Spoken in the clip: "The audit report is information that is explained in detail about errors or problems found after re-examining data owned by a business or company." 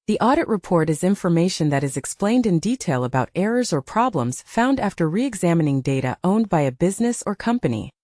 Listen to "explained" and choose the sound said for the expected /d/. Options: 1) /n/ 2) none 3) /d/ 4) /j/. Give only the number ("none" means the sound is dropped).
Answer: 3